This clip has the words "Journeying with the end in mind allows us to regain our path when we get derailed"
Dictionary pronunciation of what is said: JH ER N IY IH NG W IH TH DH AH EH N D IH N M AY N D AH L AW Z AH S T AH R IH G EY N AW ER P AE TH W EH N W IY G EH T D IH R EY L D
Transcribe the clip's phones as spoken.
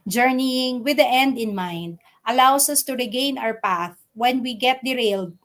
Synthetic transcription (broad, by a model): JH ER N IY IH NG W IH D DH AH EH N D IH N M AY N D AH L AW S AH S T AH R IH G EY N AW ER P AE TH W EH N W IY G EH T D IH R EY L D